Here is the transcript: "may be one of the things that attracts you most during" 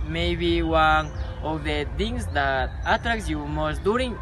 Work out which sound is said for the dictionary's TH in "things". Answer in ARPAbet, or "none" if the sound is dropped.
T